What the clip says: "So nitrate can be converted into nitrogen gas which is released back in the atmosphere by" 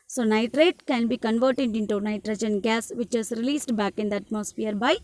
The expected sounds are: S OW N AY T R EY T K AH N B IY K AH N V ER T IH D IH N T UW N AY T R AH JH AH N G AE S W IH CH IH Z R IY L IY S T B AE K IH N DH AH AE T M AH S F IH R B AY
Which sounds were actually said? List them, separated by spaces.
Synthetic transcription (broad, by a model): S OW N AY T R EY T K AH N B IY K AH N V ER T IH D IH N T UW N AY T R AH JH AH N G AE S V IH CH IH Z R IY L IY S T B AE K IH N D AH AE T M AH S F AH R B AY